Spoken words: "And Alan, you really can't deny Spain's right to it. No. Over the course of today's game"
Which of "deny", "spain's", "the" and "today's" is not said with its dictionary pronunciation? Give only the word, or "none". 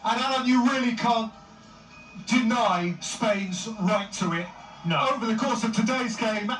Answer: none